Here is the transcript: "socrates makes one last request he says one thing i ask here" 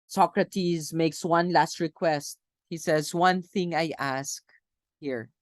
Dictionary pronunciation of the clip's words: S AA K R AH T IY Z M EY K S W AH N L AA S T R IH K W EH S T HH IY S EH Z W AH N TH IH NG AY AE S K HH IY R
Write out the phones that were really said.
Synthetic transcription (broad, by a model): S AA K R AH T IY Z M EY K S W AH N L AA S T R IH K W EH S T HH IY S EH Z W AH N TH IH NG AY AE S K HH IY R